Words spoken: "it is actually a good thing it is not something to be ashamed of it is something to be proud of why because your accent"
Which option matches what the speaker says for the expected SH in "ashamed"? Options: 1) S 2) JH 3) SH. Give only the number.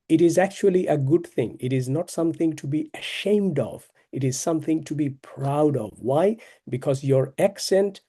3